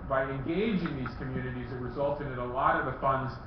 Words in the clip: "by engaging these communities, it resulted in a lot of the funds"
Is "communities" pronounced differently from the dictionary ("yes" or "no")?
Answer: no